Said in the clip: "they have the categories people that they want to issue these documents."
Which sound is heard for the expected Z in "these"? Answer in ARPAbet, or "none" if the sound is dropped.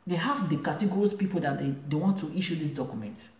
S